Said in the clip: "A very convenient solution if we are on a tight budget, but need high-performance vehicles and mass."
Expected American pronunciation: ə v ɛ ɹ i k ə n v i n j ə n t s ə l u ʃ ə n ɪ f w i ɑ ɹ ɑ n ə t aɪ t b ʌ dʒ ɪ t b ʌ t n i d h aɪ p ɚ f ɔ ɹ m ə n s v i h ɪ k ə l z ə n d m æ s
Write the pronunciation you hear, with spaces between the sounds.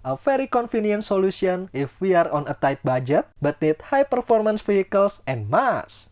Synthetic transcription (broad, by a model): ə f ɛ ɹ i k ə n f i n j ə n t s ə l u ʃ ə n ɪ f w i ɑ ɹ ɑ n ə t aɪ t b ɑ dʒ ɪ t b ʌ t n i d h aɪ p ɚ f ɔ ɹ m ə n s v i h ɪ k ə l s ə n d m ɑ s